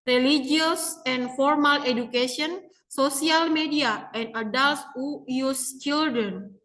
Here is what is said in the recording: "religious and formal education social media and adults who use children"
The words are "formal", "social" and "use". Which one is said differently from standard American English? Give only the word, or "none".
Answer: social